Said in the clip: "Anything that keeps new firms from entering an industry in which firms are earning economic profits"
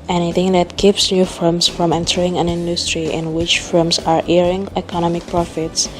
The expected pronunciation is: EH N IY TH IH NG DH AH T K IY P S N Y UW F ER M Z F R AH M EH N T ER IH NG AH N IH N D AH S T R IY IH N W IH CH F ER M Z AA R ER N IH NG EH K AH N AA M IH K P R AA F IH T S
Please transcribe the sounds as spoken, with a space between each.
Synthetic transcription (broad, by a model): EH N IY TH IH NG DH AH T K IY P S N Y UW F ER M S F R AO M EH N T ER IH NG AH N IH N D AH S T R IY IH N W IH CH F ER M S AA R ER IH NG EH K AH N AA M IH K P R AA F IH T S